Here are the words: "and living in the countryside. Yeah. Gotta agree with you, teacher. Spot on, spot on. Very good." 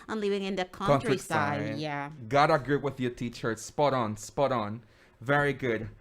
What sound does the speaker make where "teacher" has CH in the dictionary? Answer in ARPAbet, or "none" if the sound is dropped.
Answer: CH